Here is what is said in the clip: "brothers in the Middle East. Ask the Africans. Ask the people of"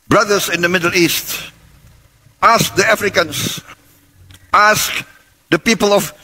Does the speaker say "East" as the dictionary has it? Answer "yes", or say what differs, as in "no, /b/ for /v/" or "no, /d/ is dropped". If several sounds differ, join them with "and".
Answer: yes